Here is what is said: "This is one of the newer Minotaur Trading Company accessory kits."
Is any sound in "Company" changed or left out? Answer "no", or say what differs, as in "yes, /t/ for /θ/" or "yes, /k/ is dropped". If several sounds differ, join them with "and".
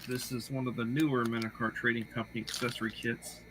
no